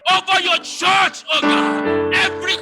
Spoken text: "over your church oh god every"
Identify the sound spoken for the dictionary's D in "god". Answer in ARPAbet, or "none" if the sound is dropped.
none